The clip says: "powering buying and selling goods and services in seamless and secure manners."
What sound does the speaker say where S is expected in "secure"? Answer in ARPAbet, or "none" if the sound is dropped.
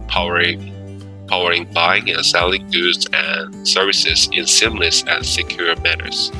S